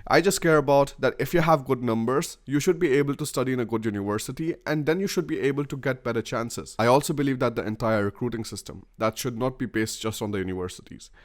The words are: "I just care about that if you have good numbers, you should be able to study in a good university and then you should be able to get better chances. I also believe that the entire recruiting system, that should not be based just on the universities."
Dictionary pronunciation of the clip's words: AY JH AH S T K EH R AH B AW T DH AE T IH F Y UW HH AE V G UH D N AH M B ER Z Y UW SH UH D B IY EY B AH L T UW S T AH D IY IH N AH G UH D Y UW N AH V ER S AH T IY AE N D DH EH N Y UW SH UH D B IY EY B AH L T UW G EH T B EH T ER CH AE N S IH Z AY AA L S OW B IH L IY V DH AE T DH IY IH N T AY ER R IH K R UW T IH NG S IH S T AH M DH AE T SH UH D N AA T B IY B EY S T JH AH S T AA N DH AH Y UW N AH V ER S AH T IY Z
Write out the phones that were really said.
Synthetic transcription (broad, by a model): AY JH AH S T K EH R AH B AW T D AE T IH F Y UW HH AE V G UH D N AH M B ER Z Y UW SH UH D B IY EY B AH L T UW S T AH D IY IH N AH G UH D Y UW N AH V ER S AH T IY AE N D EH N Y UW SH UH D B IY EY B AH L T UW G EH T B EH T ER CH AE N S IH Z AY AA L S OW B IH L IY V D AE T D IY IH N T AY ER R IH K R UW T IH NG S IH S T AH M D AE T SH UH D N AA T B IY B EY S T JH AH S T AA N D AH Y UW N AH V ER S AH T IY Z